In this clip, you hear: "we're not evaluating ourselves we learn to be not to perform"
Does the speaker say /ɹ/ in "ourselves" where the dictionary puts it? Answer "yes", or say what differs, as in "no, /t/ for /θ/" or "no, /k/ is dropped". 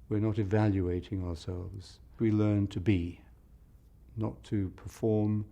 yes